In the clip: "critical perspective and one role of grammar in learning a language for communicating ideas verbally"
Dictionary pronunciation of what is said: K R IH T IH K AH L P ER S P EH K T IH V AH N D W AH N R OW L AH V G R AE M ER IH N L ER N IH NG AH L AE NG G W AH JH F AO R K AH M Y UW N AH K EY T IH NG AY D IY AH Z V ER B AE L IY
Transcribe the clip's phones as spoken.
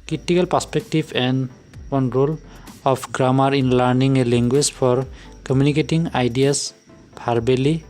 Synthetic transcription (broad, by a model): K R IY T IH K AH L P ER S P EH K T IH B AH N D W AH N R OW L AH P G R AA M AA IH N L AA N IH NG AH L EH NG G W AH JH P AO R K AH M Y UW N AH K EY T IH NG AY D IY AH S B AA B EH L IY